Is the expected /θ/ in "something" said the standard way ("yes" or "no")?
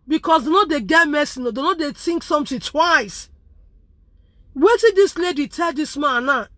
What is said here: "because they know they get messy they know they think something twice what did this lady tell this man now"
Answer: no